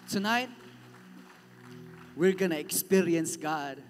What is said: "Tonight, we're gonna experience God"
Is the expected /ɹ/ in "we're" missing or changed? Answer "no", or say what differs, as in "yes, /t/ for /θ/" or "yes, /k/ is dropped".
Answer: no